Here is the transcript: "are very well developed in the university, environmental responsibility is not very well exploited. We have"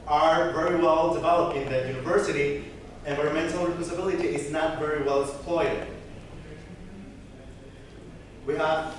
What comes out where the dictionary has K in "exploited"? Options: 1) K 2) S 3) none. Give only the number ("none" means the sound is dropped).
3